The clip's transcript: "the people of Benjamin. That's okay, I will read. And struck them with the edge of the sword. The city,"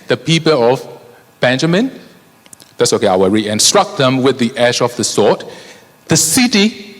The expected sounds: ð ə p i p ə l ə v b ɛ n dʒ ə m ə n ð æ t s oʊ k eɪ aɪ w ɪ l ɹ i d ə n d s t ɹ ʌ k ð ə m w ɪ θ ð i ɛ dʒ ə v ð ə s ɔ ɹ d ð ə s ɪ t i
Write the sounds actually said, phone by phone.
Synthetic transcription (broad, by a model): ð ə p i p ə l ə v b ɛ n dʒ ə m ə n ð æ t s oʊ k eɪ aɪ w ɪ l ɹ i ə n s t ɹ ʌ k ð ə m w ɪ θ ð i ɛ ʃ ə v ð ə s ɔ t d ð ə s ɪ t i